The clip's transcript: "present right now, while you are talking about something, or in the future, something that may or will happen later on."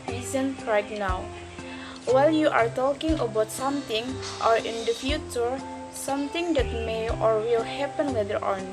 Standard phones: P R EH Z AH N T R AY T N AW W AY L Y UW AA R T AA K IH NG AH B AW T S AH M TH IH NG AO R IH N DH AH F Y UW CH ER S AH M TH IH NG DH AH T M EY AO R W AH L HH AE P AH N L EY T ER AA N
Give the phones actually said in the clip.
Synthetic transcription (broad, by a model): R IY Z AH N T R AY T N AW W AY L Y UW AA R T AA K IH NG AH B AW T S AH M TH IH NG AO R IH N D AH F Y UW CH ER S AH M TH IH NG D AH T M EY AO R W AH L HH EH P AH N W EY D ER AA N